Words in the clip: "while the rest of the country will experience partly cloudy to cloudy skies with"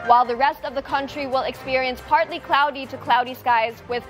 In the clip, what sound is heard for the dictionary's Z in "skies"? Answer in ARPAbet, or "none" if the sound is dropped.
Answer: Z